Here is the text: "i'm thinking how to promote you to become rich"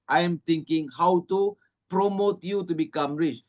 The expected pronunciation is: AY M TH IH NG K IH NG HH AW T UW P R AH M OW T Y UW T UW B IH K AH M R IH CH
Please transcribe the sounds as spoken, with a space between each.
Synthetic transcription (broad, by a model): AY M T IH NG K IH NG HH AW T UW P R AH M OW T Y UW T UW B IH K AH M R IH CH